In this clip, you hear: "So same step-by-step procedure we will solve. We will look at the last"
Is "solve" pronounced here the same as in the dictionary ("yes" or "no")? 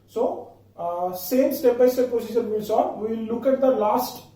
no